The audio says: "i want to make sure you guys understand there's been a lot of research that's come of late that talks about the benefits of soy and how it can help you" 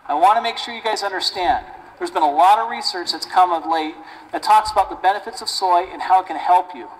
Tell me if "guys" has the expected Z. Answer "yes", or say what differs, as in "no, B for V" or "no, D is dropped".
yes